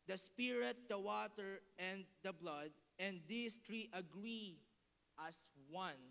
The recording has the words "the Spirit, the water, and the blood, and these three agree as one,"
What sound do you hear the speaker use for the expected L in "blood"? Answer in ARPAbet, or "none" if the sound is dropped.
L